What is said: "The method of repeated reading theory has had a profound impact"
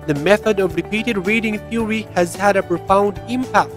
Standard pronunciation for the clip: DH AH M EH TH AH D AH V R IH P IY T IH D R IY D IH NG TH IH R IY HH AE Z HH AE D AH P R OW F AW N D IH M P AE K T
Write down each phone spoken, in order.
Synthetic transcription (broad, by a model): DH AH M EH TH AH D AH V R IH P IY T IH D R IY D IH NG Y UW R IY HH AE Z HH AE D AH P R OW F AW N D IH M P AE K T